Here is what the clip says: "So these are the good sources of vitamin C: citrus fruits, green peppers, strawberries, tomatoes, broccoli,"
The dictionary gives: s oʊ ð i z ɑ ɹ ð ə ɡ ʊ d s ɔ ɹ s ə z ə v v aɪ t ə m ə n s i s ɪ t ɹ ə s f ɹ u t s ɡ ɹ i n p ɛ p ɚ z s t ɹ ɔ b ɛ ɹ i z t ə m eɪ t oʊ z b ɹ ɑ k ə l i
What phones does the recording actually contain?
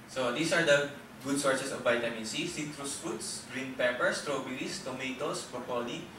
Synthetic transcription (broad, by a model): s oʊ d i s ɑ ɹ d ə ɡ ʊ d s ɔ ɹ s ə s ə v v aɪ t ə m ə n s i s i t ɹ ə s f u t s ɡ ɹ i n p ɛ p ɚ s t ɹ ɔ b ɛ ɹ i s t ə m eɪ t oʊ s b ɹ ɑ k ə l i